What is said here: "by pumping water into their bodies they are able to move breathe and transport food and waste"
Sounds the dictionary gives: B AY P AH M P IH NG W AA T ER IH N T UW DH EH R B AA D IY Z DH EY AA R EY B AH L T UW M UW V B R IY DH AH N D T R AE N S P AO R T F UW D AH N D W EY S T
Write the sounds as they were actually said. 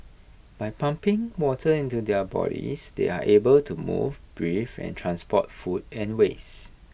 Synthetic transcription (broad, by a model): B AY P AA M P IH NG W AA T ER IH N T UW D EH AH B AA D IY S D EY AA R EY B AH L T UW M UW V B R IY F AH N T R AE N S P AO T F UW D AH N W EY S